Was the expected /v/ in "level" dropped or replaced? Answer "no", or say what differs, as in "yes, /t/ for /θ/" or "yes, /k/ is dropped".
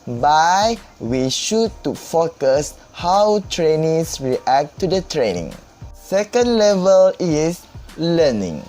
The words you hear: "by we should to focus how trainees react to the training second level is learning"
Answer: no